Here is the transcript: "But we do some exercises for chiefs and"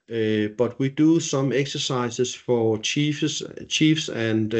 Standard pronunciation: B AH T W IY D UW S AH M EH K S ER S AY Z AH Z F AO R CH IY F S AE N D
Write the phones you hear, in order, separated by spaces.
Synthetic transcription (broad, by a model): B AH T W IY D UW S AH M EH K S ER S AY S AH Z F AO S CH IY F S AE N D